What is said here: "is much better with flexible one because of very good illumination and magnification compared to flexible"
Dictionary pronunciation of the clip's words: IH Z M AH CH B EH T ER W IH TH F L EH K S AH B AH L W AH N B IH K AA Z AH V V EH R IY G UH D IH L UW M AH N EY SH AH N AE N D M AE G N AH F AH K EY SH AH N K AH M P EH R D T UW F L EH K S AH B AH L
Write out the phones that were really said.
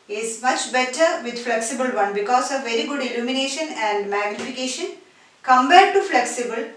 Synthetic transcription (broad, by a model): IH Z M AH CH B EH T ER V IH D F L EH K S AH B AH L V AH N B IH K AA S AH V V EH R IY G UH D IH L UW M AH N EY SH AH N AE N D M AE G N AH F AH K EY SH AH N K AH M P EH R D T UW F L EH K S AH B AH L